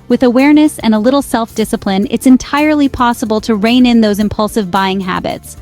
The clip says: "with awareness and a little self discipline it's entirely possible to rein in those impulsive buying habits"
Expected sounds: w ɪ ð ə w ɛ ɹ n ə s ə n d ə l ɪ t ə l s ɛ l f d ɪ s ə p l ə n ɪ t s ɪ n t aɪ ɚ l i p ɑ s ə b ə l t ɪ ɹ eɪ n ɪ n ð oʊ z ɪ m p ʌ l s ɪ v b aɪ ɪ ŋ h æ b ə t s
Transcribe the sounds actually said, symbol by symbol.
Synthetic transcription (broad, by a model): w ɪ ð ə w ɛ ɹ n ə s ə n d ə l ɪ t l s ɛ l f d ɪ s ə p l ə n ɪ t s ɪ n t aɪ ɚ l i p ɑ s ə b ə l t ɪ ɹ eɪ n ɪ n ð oʊ z ɪ m p ʌ l s ɪ v b aɪ ɪ ŋ h æ b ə t s